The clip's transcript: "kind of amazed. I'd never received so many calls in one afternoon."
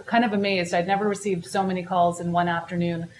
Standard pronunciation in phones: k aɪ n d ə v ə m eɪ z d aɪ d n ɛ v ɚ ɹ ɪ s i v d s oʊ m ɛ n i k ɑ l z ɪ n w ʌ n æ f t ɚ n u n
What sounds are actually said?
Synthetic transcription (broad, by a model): k aɪ n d ə v ə m eɪ z d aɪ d n ɛ v ɚ ɹ ɪ s i v d s oʊ m ɛ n i k ɑ l z ɪ n w ʌ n æ f t ɚ n u n